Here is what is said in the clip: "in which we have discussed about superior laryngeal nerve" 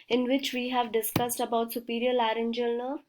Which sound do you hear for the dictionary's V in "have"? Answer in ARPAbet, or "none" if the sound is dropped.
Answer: V